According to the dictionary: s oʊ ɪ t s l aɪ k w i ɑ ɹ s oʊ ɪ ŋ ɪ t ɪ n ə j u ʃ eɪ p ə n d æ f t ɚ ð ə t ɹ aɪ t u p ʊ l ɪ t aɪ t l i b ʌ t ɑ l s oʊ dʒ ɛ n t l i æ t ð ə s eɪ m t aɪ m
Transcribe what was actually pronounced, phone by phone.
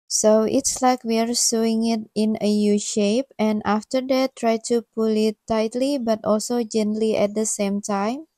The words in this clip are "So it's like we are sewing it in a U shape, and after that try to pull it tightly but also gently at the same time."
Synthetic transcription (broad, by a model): s oʊ ɪ t s l aɪ k w i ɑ ɹ s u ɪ ŋ ɪ t ɪ n ə j u ʃ eɪ p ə n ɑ f t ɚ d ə t ɹ aɪ t u p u l ɪ t aɪ t l i b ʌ t ɑ l s oʊ dʒ ɛ n t l i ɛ t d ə s eɪ m t aɪ m